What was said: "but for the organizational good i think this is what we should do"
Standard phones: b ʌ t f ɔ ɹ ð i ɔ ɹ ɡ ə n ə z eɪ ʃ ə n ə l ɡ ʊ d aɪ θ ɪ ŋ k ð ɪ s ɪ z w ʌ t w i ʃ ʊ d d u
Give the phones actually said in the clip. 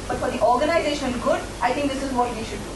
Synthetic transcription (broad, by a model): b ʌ t f ɔ ɹ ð i ɔ ɹ ɡ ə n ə z eɪ ʃ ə n ɡ ʊ d aɪ t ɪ ŋ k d ɪ s ɪ z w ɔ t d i ʃ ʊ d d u